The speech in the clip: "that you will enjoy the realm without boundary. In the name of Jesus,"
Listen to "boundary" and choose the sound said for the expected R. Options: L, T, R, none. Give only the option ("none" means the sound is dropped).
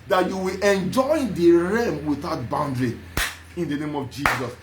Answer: R